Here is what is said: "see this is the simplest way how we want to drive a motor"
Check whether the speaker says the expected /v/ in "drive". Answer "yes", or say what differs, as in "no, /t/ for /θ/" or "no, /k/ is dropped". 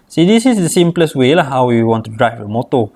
no, /f/ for /v/